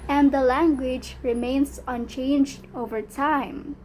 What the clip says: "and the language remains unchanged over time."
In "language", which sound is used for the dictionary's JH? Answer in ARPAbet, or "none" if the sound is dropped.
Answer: JH